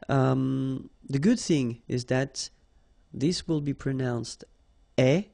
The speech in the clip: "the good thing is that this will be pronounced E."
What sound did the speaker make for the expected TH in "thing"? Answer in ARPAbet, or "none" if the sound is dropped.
TH